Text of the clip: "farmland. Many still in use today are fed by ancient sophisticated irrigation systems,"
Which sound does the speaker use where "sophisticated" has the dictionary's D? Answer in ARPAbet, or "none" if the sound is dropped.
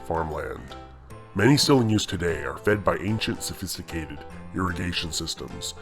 D